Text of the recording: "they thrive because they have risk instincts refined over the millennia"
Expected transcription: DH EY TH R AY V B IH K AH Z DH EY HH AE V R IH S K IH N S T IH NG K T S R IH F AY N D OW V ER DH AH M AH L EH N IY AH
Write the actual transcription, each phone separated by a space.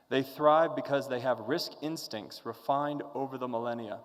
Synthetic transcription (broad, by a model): DH EY TH R AY V B IH K AH Z DH EY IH V R IH S K IH N S T IH NG K T S R IH F AY N D OW V ER DH AH M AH L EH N IY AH